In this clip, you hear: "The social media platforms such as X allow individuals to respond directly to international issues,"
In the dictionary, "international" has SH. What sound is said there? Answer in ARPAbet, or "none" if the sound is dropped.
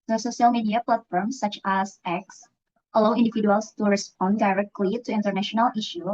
SH